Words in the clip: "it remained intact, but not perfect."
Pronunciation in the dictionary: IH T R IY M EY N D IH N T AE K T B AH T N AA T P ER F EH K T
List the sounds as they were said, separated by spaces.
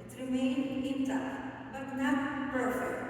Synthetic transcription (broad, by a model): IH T R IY M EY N IH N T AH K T B AH T N AA T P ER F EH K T